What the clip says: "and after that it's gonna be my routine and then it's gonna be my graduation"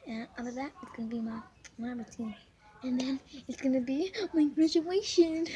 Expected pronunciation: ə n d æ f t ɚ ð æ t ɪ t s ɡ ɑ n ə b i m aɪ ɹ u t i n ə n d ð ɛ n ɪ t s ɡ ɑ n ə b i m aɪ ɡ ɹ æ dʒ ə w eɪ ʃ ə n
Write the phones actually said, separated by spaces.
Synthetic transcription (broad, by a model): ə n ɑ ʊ t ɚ ð æ t ɪ t s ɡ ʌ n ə b i m aɪ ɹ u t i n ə n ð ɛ n ɪ t s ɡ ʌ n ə b i m aɪ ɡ ɹ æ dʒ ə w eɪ ʃ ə n